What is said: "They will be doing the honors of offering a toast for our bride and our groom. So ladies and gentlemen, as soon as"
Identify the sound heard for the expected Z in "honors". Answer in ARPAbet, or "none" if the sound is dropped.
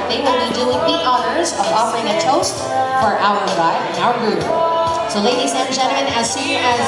Z